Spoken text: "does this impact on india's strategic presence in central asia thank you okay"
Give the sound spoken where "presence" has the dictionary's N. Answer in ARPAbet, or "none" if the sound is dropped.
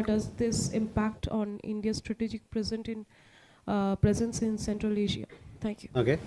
N